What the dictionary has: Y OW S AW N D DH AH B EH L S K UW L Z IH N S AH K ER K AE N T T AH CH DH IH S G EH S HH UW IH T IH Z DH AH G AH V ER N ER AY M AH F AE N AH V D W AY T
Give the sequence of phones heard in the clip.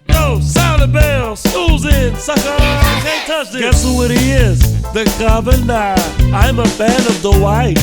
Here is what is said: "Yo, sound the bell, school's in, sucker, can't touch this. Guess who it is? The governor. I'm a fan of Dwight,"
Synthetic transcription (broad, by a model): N OW S AW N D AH B EH L S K UW L Z IH N S AH K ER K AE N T T AH CH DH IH G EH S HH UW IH T IH Z DH AH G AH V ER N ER AY M AH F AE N AH V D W AY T